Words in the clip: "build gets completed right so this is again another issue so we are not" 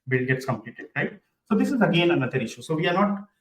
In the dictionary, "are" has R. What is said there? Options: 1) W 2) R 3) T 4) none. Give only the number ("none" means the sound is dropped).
2